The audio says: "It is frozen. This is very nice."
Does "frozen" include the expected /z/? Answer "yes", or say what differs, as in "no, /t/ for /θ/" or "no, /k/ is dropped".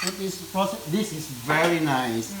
no, /s/ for /z/